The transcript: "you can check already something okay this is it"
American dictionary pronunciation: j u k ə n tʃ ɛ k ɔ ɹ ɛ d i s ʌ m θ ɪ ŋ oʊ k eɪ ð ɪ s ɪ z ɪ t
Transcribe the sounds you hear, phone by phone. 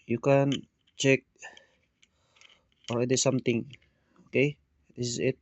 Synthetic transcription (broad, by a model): j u k ə n tʃ ɛ k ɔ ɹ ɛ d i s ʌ m t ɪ ŋ oʊ k eɪ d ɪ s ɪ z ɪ t